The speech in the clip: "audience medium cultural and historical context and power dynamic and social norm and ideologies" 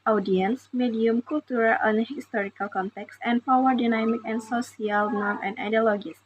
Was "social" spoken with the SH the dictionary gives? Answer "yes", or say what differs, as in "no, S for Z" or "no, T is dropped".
no, S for SH